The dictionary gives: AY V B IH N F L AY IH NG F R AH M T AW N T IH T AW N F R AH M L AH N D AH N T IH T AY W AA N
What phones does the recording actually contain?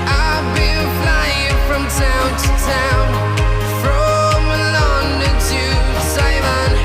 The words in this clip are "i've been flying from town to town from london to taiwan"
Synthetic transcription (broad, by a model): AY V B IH L F L AY IH NG F R AH M T AW N T IH T AW N F R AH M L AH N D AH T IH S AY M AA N